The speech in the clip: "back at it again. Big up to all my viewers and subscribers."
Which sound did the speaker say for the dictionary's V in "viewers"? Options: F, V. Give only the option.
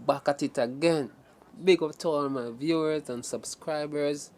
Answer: V